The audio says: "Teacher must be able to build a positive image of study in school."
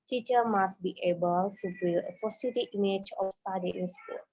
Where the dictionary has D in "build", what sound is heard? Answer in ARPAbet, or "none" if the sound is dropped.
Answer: none